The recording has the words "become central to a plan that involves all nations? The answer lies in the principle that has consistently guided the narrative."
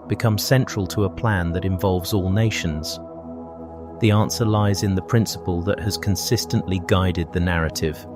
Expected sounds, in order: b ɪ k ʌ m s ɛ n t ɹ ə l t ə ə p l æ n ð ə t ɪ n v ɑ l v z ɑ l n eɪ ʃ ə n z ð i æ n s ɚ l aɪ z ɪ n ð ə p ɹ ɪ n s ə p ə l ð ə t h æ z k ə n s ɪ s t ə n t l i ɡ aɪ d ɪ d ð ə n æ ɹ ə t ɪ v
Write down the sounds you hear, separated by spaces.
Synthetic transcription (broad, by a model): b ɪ k ʌ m s ɛ n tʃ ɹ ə l t ə ə p l æ n ð ə t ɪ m v ɑ l v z ɑ l n eɪ ʃ ə n z ð i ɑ n s ɚ l aɪ z ɪ n ð ə p ɹ ɪ n s ə p ə l ð ə t h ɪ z k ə n s ɪ s t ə n t l i ɡ aɪ d ɪ d ð ə n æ ɹ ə t ɪ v